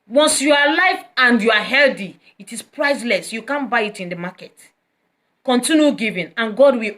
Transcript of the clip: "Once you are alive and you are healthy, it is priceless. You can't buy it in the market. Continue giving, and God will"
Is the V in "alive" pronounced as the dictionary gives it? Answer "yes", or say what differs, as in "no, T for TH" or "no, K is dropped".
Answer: no, F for V